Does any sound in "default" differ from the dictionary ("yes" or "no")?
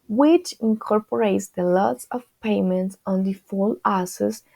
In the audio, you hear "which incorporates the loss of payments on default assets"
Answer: yes